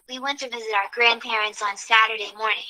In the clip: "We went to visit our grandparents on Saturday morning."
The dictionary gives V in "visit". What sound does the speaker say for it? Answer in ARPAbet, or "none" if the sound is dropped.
V